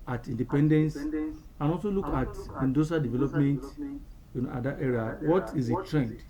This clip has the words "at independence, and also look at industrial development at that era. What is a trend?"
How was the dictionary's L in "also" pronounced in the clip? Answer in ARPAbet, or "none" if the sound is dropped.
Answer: L